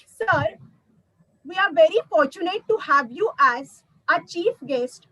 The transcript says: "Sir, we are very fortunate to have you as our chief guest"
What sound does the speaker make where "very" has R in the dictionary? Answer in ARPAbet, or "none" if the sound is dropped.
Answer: R